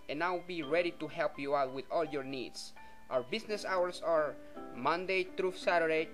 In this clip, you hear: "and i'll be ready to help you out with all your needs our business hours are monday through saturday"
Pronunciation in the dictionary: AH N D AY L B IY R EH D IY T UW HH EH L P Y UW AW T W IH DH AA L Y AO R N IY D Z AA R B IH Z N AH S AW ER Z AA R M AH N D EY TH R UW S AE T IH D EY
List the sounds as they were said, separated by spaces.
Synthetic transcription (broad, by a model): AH N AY W B IY R EH D IY T UW HH EH L P Y UW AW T W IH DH AA L Y AO R N IY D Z AA R B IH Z N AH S AW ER S AA R M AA N D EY T R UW S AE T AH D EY